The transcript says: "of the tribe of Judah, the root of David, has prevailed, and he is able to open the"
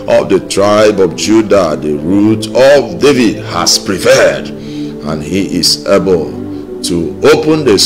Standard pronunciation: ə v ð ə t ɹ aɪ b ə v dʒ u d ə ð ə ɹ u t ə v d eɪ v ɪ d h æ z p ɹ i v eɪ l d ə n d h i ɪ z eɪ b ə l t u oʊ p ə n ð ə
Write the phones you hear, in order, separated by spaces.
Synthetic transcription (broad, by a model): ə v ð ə t ɹ aɪ b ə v dʒ u d ə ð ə ɹ u t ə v d eɪ v ɪ d h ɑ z p ɹ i p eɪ d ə n h i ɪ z eɪ b ə l t u oʊ p ə n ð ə